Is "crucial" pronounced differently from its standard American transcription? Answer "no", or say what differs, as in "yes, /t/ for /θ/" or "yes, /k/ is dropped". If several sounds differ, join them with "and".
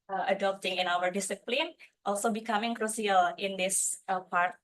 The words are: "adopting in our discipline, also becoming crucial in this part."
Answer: yes, /s/ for /ʃ/